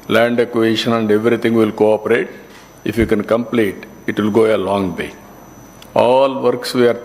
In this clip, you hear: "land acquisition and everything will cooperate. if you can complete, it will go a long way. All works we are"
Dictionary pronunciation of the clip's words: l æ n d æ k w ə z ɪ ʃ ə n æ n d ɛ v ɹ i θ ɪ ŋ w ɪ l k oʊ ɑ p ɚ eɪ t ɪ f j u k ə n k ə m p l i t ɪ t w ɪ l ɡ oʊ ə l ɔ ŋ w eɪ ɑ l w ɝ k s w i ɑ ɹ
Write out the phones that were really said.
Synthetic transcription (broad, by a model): l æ n d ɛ k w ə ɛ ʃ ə n æ n d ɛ v ɹ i t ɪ ŋ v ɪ l k oʊ ɑ p ɚ eɪ t ɪ f j u k ə n k ə m p l i t ɪ t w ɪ l ɡ oʊ ə l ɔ ŋ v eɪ ɑ l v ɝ k s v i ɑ ɹ